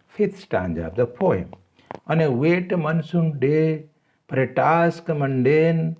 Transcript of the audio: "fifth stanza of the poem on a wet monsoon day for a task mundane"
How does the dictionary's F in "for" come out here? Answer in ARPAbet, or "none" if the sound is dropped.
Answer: P